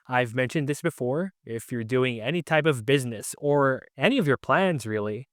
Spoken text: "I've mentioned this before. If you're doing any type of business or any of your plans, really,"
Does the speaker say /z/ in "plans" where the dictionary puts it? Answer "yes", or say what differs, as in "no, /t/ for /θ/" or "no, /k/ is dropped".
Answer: yes